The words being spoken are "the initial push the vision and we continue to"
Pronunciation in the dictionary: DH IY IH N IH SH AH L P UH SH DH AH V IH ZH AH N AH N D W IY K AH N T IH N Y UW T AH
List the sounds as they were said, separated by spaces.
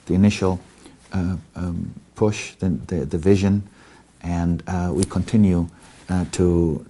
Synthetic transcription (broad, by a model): DH IY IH N IH SH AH L P UH SH DH AH V IH ZH AH N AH N W IY K AH N T IH N Y UW T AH